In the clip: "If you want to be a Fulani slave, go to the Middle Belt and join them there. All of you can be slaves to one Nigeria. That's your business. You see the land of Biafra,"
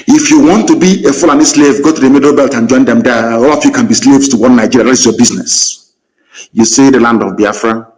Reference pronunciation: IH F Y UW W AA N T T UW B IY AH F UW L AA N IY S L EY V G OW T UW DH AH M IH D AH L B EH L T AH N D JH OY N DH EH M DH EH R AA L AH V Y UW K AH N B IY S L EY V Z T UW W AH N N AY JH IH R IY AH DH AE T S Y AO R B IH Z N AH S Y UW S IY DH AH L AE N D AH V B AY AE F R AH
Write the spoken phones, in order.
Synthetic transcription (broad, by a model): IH F Y UW W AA N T T UW B IY AH F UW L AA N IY S L EY V G OW T UW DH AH M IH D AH B EH L T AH N JH OY N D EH M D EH AA L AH F Y UW K AH N B IY S L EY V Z T UW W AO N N AY JH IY R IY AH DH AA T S Y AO B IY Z N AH S Y UW S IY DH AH L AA N D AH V B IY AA F R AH